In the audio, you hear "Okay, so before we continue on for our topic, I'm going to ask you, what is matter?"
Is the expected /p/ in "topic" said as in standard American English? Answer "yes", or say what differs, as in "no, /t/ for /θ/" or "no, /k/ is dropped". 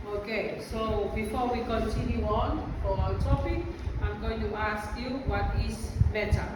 no, /f/ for /p/